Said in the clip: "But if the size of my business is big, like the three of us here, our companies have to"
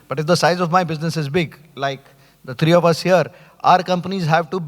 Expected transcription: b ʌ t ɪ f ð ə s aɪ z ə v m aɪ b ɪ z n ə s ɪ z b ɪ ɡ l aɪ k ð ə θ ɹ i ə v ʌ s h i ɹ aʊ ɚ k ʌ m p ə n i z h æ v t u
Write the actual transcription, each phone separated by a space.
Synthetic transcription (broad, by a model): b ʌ t ɪ f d ə s aɪ z ə v m aɪ b ɪ z n ə s ɪ z b ɪ ɡ l aɪ k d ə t ɹ i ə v ʌ s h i ɹ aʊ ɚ k ʌ m p ə n i z h æ v t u